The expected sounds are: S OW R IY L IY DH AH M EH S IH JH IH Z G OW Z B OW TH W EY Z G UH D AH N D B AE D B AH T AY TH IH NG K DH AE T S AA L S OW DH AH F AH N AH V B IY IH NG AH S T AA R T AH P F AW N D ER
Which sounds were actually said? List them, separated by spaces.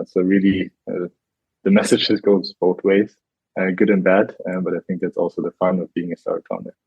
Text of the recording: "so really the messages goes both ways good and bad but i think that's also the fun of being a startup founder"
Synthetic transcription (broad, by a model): S OW R IY L IY DH AH M EH S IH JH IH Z G OW Z B OW TH W EY Z G UH D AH N B AE D B AH T AY TH IH NG K DH AE T S AA L S OW DH AH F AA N AH V B IY IH NG AH S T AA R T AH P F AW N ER